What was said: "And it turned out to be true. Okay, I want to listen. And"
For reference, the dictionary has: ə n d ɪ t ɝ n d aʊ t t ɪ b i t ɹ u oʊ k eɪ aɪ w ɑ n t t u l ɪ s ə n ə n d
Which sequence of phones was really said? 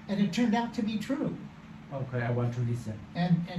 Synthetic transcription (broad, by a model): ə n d ɪ t ɝ n d aʊ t t ɪ b i t ɹ u oʊ k eɪ aɪ w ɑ n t t u l ɪ s ə n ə n